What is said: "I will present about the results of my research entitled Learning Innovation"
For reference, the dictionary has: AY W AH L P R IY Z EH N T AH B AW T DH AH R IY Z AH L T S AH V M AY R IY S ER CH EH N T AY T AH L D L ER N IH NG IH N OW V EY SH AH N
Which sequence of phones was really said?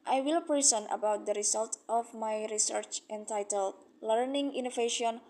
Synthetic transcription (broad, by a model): AY W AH L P R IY S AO N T AH B AW T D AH R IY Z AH L T AH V M AY R IY S ER CH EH N T AY T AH L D L ER N IH NG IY N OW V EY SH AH N